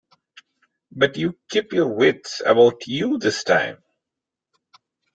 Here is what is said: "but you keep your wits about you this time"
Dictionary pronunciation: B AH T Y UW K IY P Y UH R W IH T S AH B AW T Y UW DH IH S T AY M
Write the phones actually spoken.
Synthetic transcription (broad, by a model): B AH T Y UW K IY P Y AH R W IH T S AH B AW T Y UW DH IH S T AY M